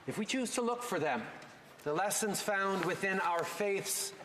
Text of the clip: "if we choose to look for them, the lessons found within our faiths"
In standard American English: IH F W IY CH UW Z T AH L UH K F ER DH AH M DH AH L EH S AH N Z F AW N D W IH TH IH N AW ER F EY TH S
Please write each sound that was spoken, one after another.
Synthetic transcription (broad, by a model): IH F W IY CH UW Z T AH L UH K F ER DH AH M DH AH L EH S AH N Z F AW N D W IH TH IH N AW ER F EY TH S